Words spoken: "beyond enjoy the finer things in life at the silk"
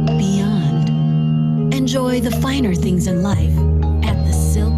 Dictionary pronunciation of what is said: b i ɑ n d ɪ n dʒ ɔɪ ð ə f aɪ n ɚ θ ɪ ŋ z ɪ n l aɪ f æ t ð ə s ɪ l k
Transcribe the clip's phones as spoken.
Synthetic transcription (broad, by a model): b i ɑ n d ɪ n dʒ ɔɪ ð ə f aɪ n ɚ θ ɪ ŋ z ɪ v l aɪ f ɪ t ð ə s ɪ l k